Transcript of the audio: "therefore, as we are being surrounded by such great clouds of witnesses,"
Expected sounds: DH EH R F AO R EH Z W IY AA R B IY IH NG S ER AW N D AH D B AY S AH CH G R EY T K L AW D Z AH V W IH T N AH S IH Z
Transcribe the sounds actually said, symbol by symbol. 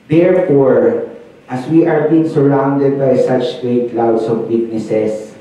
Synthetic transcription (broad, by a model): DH EH R F AO R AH S W IY AA R B IY IH NG S ER AW N D AH D B AY S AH CH G R EY T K L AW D S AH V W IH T N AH S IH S